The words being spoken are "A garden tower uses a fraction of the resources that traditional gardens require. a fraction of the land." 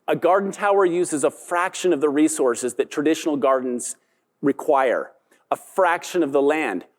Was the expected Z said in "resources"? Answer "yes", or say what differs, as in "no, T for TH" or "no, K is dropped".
yes